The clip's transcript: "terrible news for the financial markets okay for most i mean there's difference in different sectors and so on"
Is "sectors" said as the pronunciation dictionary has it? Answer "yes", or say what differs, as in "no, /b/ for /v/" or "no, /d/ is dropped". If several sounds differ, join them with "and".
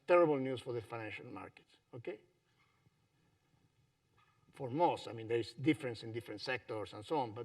no, /s/ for /z/